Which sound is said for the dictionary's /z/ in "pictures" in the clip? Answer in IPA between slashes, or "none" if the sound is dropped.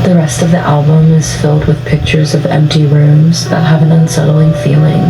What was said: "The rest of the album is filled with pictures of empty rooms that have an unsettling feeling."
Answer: /z/